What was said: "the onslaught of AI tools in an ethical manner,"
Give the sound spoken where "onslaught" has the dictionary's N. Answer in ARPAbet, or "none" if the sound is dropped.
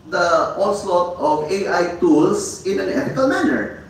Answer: L